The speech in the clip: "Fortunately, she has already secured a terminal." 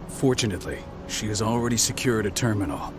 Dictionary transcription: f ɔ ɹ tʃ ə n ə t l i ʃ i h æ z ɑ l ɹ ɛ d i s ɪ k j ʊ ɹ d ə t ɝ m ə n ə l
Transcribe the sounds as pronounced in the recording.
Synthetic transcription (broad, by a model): f ɔ ɹ tʃ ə n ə t l i ʃ i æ z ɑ l ɹ ɛ d i s ɪ k j ʊ ɹ d ə t ɝ m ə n l